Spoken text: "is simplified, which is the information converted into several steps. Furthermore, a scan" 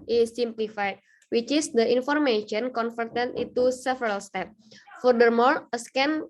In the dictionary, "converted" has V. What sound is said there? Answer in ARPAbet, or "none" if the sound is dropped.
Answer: F